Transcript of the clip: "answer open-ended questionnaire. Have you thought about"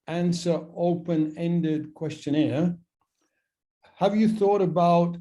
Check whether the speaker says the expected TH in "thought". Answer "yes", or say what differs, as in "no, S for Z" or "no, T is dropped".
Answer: yes